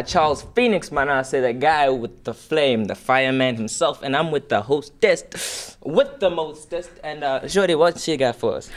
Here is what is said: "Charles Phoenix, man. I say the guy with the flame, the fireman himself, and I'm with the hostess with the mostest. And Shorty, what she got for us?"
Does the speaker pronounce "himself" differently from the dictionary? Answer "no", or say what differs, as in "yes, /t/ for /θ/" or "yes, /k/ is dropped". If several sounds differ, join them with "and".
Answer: no